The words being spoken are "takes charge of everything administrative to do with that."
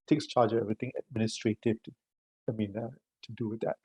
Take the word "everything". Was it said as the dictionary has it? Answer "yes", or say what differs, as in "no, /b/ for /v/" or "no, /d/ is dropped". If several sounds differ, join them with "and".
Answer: no, /t/ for /θ/